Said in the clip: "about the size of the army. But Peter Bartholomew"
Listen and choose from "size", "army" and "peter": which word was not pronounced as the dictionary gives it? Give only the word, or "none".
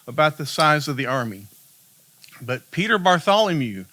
none